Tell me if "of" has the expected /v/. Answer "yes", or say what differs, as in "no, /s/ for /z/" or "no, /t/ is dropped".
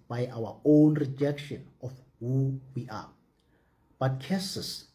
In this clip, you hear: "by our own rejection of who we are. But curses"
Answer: no, /f/ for /v/